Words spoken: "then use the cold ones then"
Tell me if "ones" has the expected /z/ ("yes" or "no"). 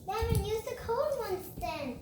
no